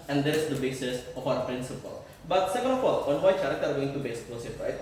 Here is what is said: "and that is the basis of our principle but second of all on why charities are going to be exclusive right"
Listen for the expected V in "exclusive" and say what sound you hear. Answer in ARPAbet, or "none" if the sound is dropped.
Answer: P